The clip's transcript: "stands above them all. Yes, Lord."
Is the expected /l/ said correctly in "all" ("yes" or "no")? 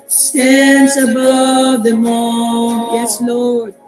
no